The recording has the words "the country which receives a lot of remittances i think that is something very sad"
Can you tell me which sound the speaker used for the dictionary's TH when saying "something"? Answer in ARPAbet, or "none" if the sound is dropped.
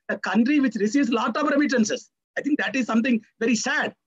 T